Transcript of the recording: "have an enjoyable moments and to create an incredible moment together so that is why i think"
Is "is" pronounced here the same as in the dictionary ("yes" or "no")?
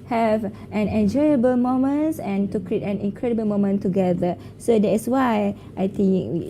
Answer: no